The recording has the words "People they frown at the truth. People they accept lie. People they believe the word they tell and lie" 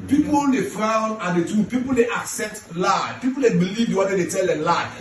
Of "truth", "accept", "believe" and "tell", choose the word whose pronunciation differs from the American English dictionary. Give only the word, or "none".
truth